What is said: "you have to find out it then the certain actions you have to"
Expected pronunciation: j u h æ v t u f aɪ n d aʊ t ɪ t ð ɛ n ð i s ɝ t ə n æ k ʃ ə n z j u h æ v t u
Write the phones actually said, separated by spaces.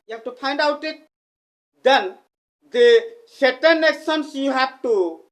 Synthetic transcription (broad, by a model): j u h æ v t u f aɪ n d aʊ t ɪ t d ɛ n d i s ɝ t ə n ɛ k s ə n s j u h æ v t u